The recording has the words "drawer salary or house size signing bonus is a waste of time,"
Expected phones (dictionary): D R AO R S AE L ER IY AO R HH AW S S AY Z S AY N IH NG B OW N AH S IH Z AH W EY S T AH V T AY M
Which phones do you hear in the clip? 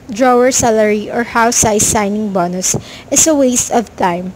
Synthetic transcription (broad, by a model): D R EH R S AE L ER IY AO R HH AW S S AY S AY N IH NG B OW N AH S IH S AH W EY S T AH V T AY M